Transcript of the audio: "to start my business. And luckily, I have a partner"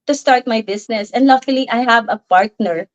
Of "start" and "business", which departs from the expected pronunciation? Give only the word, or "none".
business